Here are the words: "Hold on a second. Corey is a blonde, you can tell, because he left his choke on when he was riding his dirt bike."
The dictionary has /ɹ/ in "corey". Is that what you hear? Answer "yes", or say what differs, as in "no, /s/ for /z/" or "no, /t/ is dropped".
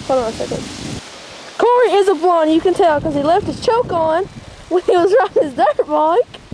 yes